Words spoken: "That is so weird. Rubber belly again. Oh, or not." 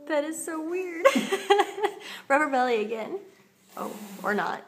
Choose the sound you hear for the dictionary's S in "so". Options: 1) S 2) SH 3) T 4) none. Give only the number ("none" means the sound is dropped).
1